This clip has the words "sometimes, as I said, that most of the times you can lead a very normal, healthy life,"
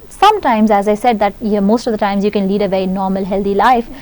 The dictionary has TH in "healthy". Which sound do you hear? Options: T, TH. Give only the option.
T